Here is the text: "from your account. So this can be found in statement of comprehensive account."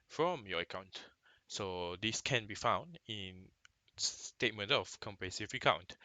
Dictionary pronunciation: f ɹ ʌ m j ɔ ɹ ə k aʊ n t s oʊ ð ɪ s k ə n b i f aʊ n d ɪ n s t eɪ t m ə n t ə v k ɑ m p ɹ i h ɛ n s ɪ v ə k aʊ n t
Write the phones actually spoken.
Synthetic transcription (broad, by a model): f ɹ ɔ m j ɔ ə k aʊ n t s oʊ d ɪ s k ə n b i f aʊ n d ɪ n s t eɪ t m ə n t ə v k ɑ m p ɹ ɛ s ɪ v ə k aʊ n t